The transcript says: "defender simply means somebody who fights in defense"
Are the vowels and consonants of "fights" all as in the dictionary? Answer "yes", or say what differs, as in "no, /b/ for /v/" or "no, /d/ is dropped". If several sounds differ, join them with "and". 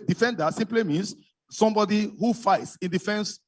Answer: yes